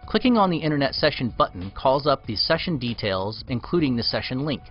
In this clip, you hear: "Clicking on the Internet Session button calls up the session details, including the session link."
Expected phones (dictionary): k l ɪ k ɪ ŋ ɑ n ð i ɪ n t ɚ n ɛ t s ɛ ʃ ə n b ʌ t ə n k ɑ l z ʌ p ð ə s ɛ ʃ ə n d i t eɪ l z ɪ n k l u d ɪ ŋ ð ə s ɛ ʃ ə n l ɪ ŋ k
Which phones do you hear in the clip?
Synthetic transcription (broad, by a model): k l ɪ k ɪ ŋ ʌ n ð i ɪ t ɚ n ɛ t s ɛ ʃ ə n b ʌ t n k ɑ l z ʌ p ð ə s ɛ ʃ ə n d i t eɪ l z ɪ n k l u d ɪ ŋ ð ə s ɛ ʃ ə n l ɪ ŋ k